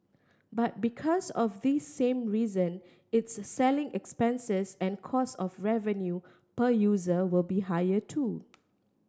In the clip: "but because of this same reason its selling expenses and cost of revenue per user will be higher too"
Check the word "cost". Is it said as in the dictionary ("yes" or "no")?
no